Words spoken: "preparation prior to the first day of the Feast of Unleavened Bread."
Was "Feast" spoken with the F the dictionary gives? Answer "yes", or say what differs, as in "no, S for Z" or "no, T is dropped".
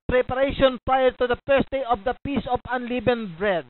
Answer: no, P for F